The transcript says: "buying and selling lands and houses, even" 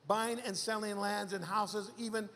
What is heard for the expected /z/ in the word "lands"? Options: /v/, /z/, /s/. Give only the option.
/z/